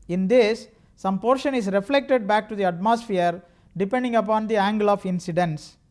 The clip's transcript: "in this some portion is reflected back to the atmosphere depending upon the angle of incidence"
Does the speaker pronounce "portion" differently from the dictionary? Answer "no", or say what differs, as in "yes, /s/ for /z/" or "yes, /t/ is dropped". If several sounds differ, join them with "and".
no